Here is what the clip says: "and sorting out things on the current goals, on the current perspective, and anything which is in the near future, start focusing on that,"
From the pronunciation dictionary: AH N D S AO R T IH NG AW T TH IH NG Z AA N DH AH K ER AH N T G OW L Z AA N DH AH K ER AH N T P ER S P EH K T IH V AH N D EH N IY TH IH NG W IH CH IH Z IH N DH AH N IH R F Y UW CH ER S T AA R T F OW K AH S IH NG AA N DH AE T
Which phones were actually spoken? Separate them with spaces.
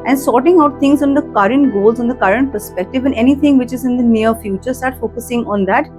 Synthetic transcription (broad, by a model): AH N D S AO R T IH NG AW T T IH NG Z AA N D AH K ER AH N T G OW L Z AA N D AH K ER AH N T P ER S P EH K T IH V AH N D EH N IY T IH NG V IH CH IH Z IH N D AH N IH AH F Y UW CH ER S T AA R T F OW K AH S IH NG AA N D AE T